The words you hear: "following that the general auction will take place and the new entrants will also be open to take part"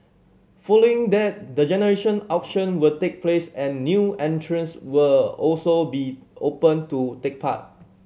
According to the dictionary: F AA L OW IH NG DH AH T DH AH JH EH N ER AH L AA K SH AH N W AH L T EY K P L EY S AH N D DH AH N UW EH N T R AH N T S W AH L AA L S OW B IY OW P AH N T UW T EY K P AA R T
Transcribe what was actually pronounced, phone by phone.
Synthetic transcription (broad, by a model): F AA L OW IH NG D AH T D AH JH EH N ER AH N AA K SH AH N W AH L T EY K P L EY S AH N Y UW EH N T R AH N S W AH L AA L S OW B IY OW P AH N T UW T EY K P AA T